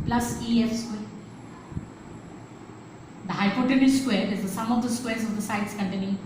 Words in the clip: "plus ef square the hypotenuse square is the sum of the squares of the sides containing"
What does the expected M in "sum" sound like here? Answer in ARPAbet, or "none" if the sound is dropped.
M